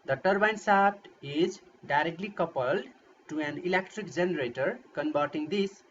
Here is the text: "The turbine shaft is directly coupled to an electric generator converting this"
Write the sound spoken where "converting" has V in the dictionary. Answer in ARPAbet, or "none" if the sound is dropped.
B